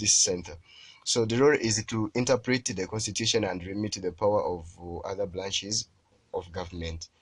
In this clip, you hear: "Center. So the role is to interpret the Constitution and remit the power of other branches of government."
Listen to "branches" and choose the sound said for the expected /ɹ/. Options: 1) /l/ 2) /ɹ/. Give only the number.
1